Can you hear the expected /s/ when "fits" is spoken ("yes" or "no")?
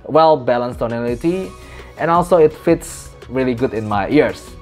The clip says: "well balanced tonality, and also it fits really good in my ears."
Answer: yes